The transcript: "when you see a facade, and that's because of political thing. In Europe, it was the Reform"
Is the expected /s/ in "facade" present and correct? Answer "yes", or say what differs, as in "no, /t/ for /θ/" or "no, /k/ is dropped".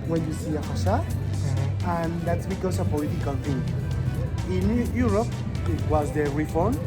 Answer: no, /ʃ/ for /s/